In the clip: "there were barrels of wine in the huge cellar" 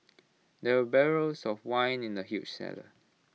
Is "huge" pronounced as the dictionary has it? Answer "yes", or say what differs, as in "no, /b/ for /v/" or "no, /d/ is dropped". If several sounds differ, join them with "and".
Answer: no, /tʃ/ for /dʒ/